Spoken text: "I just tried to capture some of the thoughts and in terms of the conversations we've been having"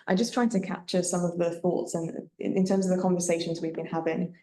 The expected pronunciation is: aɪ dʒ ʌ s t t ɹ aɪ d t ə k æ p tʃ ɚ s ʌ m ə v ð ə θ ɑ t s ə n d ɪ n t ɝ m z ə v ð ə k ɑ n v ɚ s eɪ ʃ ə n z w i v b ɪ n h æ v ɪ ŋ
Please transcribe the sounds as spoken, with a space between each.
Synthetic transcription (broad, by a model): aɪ dʒ ʌ s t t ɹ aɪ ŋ t ə k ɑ p tʃ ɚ s ʌ m ə v ð ə θ ɑ t s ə n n ɪ n t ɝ m z ə v ð ə k ɑ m v ɚ s eɪ ʃ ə n z w i v b ɪ n h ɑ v ɪ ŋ